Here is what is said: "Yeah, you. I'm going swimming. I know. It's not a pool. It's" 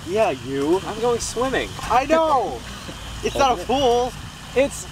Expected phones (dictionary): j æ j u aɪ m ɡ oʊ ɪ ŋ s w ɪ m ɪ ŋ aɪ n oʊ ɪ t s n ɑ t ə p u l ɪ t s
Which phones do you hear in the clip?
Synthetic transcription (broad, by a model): j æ j u aɪ m ɡ oʊ ɪ ŋ s w ɪ m ɪ ŋ aɪ n oʊ ɪ t s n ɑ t ə f u l ɪ t s